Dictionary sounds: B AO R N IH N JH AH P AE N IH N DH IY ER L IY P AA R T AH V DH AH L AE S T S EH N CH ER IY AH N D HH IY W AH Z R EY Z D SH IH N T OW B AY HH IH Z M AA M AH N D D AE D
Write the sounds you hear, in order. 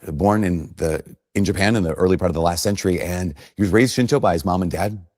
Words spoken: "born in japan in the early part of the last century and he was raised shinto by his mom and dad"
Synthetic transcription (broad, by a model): B AO R N IH N JH AH P AE N IH N DH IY ER L IY P AA R T AH V DH AH L AE S T S EH N CH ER IY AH N HH IY W AH Z R EY Z D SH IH N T OW B AY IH Z M AA M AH N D D AE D